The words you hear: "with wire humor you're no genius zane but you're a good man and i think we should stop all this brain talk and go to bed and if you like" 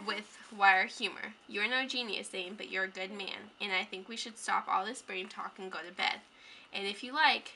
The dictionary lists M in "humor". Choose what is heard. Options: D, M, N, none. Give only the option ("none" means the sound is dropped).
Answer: M